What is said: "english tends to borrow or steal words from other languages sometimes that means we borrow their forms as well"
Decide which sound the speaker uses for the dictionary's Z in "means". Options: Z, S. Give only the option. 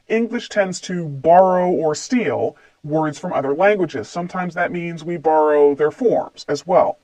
Z